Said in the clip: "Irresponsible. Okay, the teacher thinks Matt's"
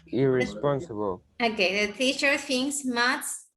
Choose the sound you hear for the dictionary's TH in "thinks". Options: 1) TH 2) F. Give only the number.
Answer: 2